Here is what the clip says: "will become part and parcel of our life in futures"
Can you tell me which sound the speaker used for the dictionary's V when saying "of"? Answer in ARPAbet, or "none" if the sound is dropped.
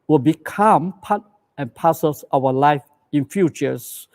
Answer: W